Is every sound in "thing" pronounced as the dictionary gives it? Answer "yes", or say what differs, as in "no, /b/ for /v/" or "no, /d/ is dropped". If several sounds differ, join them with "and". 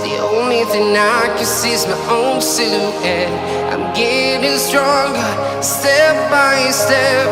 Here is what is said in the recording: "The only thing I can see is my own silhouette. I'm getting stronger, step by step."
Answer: yes